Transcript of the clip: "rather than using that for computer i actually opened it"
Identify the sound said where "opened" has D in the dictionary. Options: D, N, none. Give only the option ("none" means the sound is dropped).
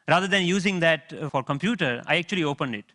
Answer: D